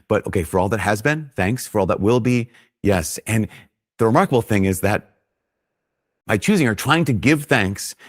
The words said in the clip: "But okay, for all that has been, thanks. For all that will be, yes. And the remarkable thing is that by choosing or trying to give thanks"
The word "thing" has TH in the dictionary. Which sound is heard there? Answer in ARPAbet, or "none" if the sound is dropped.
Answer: TH